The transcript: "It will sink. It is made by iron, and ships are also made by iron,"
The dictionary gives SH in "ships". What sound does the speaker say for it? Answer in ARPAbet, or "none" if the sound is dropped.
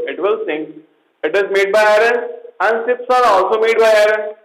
S